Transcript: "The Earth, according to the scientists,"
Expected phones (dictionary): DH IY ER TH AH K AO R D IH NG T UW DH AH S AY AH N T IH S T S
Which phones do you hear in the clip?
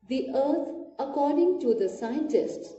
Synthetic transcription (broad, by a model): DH IY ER T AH K AO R D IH NG T UW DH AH S AY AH N T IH S T S